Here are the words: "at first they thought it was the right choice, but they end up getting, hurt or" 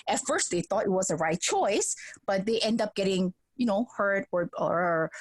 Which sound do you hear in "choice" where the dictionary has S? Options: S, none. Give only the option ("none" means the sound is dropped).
S